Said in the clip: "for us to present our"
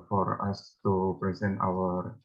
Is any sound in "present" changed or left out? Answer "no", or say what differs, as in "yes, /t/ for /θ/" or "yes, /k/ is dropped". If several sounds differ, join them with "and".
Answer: no